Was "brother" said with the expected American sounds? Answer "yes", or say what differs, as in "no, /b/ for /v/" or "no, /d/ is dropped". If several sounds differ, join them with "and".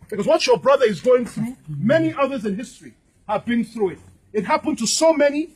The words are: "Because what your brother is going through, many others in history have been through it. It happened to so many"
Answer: yes